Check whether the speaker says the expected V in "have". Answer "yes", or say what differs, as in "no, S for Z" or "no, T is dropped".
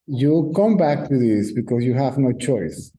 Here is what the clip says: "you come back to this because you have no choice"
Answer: yes